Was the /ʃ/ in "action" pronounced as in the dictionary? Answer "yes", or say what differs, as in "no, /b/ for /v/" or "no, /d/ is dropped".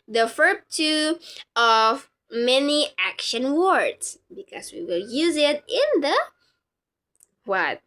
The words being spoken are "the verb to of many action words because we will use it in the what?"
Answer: yes